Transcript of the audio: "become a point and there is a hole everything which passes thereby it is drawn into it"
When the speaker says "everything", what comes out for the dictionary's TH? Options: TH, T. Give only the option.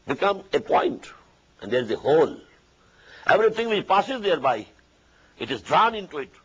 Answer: T